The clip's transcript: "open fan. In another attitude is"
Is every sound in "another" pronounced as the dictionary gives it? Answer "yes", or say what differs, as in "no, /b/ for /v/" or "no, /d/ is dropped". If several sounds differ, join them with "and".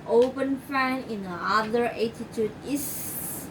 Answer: no, /n/ is dropped